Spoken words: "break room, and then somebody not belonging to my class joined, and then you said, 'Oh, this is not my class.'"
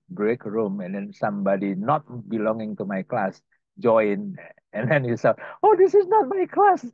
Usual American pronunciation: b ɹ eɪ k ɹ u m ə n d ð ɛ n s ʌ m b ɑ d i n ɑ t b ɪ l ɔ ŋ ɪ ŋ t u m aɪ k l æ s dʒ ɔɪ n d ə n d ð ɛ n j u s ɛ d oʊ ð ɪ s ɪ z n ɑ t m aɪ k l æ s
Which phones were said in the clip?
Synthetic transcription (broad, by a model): b ɹ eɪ k ɹ u m ə n d ɛ n s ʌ m b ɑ d i n ɑ t b ɪ l ɔ ŋ ɪ ŋ t u m aɪ k l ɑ s dʒ ɔɪ n ə n d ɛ n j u s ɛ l oʊ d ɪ s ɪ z n ɑ t m aɪ k l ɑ s